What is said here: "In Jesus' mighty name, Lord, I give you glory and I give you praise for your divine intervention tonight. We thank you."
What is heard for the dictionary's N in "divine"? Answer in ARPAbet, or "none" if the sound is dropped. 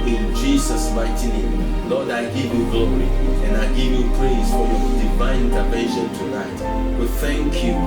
none